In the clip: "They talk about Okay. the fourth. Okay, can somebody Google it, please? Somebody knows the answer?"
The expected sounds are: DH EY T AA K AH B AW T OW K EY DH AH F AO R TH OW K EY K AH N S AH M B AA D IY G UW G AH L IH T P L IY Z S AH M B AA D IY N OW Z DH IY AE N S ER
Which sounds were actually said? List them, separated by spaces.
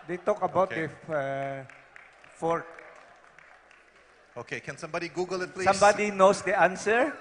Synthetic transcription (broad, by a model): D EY T AA K AH B AW T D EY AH F AO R T OW K EY K AH N S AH M B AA D IY G UW G AH L IH T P L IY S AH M B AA D IY N OW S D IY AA N S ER